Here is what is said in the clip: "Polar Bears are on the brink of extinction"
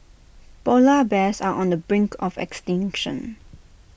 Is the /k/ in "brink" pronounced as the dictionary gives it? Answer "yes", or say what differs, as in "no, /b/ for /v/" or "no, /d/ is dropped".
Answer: yes